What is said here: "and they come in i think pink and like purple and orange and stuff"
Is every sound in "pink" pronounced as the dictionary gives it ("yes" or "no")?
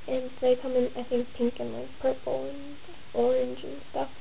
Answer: yes